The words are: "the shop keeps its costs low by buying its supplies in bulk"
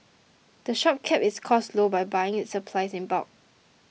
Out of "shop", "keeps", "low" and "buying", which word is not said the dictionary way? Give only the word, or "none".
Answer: keeps